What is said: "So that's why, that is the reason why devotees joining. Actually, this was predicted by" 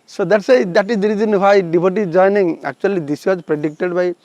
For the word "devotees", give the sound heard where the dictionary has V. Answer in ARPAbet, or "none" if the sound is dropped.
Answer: B